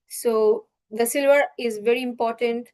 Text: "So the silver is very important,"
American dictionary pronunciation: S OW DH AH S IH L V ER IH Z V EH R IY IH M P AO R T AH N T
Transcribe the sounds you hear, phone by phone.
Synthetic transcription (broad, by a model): S OW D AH S IH L V ER IH Z V EH R IY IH M P AO R T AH N T